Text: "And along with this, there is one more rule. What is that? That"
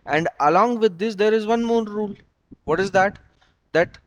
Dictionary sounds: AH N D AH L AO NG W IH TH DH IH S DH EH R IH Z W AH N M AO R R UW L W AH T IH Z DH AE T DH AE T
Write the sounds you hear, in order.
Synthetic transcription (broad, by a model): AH N D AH L AO NG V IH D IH S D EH R IH Z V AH N M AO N R UW L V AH T IH Z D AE T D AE T